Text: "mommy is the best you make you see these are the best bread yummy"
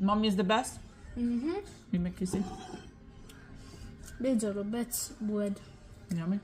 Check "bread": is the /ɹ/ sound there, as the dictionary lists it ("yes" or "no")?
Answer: no